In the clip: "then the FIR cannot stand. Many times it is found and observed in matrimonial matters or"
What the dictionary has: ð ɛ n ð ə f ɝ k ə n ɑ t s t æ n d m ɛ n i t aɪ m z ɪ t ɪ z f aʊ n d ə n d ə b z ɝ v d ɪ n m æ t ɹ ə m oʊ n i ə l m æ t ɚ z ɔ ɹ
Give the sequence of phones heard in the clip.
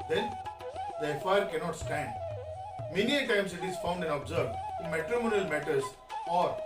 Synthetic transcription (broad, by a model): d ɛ n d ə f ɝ k ə n ɑ t s t æ n d m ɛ n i t aɪ m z ɪ t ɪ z f aʊ n d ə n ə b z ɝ d ɪ n m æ t ɹ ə m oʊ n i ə l m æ t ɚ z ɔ ɹ